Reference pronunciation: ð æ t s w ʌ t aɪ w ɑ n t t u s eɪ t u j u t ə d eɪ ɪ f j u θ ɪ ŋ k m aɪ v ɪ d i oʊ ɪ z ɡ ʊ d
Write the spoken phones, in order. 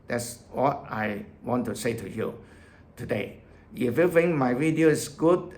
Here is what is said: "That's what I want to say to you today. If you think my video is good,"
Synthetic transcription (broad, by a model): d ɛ t s w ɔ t aɪ w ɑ n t t u s eɪ t u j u t ə d eɪ ɪ f j u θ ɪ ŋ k m aɪ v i d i oʊ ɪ s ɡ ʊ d